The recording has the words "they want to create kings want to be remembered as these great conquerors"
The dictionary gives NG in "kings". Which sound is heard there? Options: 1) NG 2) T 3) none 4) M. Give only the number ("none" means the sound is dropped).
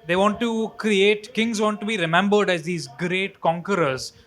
1